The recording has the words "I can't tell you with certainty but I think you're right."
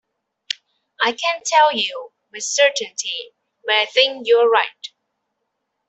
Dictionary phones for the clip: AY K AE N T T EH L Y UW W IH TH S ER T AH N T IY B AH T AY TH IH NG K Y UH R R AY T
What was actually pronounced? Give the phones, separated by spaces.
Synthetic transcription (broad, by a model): AY K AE N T T EH L Y UW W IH S ER T AH N T IY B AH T AY TH IH NG K Y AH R R AY T